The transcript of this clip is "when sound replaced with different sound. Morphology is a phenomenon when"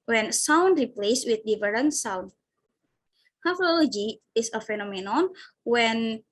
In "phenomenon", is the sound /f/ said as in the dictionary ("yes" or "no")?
yes